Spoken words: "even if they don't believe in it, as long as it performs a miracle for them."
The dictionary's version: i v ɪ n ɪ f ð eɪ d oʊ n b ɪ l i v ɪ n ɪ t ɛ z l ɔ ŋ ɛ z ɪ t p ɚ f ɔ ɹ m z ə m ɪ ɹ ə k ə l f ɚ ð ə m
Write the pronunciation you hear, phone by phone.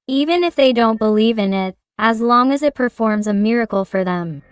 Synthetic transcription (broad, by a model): i v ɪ n ɪ f ð eɪ d oʊ n b ɪ l i v ɪ n ɪ t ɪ z l ɔ ŋ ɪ z ɪ t p ɚ f ɔ ɹ m z ə m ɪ ɹ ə k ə l f ɚ ð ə m